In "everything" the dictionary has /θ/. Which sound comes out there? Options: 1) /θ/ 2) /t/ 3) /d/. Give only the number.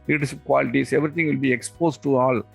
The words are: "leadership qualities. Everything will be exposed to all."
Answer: 2